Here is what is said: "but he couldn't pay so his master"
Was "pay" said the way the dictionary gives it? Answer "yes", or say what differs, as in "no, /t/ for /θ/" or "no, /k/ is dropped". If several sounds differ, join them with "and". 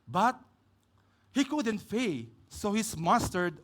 no, /f/ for /p/